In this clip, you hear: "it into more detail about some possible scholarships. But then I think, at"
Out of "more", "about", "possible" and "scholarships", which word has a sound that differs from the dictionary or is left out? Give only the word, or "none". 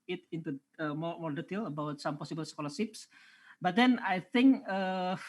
scholarships